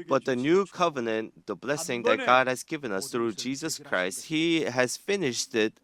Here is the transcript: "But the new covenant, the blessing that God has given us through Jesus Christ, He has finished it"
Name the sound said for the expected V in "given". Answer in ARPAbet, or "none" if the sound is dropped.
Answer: V